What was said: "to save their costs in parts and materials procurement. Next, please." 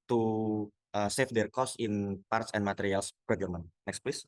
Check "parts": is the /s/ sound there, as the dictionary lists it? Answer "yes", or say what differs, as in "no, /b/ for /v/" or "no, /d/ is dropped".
yes